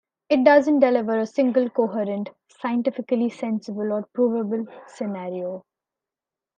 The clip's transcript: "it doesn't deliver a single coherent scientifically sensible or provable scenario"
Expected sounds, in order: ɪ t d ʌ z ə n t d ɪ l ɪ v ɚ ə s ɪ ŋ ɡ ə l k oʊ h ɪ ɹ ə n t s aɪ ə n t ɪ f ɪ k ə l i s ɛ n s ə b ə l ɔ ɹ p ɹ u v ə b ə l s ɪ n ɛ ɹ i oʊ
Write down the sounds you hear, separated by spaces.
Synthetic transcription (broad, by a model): ɪ t d ʌ z ə n t d ɪ l ɪ v ɚ ə s ɪ ŋ ɡ ə l k oʊ h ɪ ɹ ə n t s aɪ ə n t ɪ f ɪ k ə l i s ɛ n s ə b ə l ɔ ɹ p ɹ u v ə b ə l s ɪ n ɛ ɹ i oʊ